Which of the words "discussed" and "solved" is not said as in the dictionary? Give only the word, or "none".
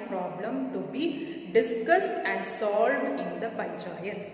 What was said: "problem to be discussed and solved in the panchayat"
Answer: none